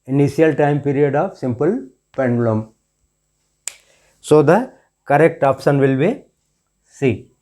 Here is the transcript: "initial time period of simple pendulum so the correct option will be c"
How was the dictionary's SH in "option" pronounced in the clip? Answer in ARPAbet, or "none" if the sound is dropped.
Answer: S